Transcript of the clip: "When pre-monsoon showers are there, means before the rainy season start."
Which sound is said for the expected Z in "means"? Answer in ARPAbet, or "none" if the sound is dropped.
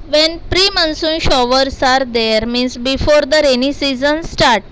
S